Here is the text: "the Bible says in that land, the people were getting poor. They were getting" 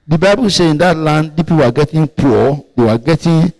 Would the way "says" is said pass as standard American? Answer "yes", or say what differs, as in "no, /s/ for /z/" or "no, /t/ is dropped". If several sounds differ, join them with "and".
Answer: no, /z/ is dropped